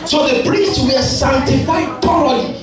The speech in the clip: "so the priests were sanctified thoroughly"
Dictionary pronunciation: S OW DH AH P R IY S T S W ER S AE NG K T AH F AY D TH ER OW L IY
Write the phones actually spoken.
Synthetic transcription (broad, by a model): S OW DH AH P R IY S T S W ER S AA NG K T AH F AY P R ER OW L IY